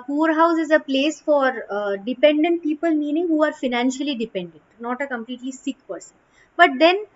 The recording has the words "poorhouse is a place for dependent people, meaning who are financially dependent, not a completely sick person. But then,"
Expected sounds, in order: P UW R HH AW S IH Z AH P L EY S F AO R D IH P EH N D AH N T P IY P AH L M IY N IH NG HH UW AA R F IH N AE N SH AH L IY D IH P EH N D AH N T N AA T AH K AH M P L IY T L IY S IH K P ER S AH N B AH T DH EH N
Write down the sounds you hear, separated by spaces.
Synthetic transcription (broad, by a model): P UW R HH AW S IH Z AH P L EY S F AO R D IH P EH N D AH N T P IY P AH L M IY N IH NG HH UW AA R F IH N AE N SH AH L IY D IH P EH N D AH N T N AA T AH K AH M P L IY T L IY S IH K P ER S AH N B AH T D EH N